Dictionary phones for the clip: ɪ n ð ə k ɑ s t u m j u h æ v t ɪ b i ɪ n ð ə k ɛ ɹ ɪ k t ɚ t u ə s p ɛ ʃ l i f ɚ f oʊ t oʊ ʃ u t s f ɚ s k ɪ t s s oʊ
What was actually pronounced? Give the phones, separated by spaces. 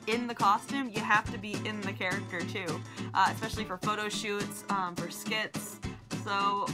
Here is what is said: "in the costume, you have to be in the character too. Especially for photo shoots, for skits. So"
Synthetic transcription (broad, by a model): ɪ n ð ə k ɑ s t u m j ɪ h æ f t ɪ b i ɪ n ð ə k ɛ ɹ ɪ k t ɚ t u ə s p ɛ ʃ l i f ɚ f oʊ t oʊ ʃ u t s f ɚ s k ɪ t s s oʊ